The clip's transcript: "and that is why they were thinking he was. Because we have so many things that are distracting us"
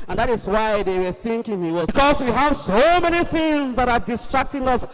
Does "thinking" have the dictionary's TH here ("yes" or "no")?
yes